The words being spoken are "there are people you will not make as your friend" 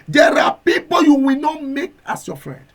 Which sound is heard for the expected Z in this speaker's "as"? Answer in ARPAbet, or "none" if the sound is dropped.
S